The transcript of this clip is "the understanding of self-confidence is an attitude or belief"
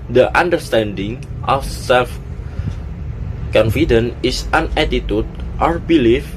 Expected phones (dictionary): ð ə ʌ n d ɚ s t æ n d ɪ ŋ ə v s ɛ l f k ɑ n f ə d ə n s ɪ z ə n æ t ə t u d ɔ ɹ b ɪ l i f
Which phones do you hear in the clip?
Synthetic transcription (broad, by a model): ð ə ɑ n d ɚ s t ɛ n d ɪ ŋ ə f s ɛ l f k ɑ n f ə d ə n ɪ s ə n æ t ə t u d ɔ ɹ b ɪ l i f